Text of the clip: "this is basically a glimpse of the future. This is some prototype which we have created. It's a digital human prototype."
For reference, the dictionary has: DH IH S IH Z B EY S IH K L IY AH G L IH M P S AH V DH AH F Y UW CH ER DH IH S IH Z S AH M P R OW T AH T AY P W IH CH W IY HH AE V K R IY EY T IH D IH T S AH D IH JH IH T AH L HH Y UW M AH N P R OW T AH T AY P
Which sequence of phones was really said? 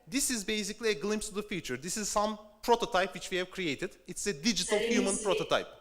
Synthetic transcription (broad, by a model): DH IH S IH Z B EY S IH K L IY AH G L IH M P S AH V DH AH F Y UW CH ER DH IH S IH Z S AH M P R OW T AH T AY P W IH CH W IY HH AE V K R IY EY T IH D IH T S AH D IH JH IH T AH L HH Y UW M AH N P R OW T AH T AY P